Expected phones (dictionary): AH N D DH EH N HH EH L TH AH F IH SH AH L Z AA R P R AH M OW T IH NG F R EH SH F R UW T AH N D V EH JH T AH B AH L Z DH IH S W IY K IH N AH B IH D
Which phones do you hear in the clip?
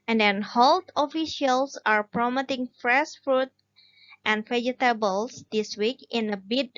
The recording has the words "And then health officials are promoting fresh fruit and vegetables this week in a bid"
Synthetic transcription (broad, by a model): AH N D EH N HH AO L T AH F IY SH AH L S AA R P R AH M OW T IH NG F R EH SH F R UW T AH N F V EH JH T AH B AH L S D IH S W IY K IH N AH B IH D